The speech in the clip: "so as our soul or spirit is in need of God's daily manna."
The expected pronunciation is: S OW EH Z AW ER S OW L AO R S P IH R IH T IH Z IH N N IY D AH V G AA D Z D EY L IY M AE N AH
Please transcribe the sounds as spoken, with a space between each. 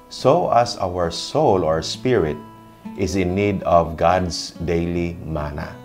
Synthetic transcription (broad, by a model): S OW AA S AW ER S OW L AO R S P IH R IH T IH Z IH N N IY D AH V G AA D S D EY L IY M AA N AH